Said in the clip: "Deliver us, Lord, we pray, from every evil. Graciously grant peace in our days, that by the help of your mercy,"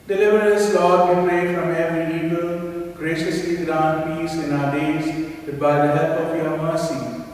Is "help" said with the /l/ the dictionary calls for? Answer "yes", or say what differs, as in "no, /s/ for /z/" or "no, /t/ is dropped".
no, /l/ is dropped